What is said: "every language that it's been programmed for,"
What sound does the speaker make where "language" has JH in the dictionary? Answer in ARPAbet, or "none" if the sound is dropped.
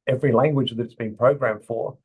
JH